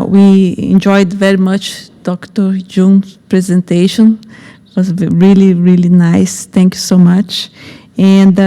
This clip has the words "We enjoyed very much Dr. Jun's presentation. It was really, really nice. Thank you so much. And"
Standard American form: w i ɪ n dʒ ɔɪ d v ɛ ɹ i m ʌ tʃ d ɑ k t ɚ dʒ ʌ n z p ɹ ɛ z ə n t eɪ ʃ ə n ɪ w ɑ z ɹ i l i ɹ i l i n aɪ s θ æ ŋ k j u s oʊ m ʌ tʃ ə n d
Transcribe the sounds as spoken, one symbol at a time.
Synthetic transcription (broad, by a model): w i ɪ n dʒ ɔɪ d v ɛ ɹ i m ʌ tʃ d ɑ k t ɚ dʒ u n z p ɹ ɛ z ə n t eɪ ʃ ə n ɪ w ɑ z ɹ i l i ɹ i l i n aɪ s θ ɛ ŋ k j u s oʊ m ʌ tʃ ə n d